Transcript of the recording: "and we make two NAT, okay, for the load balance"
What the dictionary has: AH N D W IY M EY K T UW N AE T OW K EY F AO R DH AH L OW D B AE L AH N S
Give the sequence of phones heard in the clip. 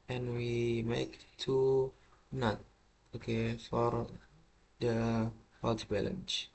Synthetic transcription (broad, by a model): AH N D W IY M EY K T UW N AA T OW K EY F AO R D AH W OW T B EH L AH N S